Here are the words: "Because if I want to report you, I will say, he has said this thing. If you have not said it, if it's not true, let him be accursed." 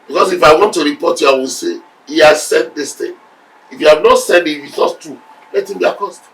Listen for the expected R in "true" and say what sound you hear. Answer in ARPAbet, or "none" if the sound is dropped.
none